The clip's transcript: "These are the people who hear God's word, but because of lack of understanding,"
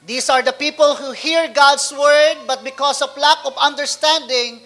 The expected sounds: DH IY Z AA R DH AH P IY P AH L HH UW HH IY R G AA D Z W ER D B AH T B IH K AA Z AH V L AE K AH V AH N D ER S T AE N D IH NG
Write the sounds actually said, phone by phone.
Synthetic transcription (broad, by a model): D IY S AA R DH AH P IY P AH L HH UW HH IY R G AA D S W ER D B AH T B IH K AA S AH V L AE K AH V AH N D ER S T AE N D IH NG